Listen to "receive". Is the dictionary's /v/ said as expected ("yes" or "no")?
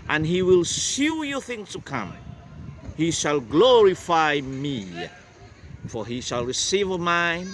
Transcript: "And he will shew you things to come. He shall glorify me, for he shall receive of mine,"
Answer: yes